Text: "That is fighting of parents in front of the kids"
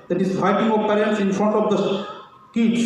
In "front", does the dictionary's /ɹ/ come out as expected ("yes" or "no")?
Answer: yes